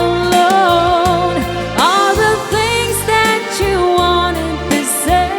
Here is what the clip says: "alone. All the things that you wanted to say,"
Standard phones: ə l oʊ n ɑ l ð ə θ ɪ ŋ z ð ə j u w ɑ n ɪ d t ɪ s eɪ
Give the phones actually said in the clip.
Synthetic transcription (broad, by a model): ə l oʊ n ɑ l ð ə θ ɪ ŋ z ð ə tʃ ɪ w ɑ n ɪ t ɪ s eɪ